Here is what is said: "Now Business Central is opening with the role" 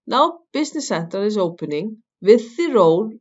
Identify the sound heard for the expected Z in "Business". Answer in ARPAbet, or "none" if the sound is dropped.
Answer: S